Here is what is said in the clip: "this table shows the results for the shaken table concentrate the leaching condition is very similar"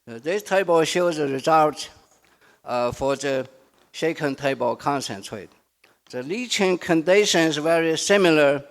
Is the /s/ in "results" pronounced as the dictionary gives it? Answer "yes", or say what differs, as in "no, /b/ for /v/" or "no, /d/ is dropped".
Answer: no, /s/ is dropped